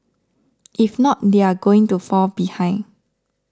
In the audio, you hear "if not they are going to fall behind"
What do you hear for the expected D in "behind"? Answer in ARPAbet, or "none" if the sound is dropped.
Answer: none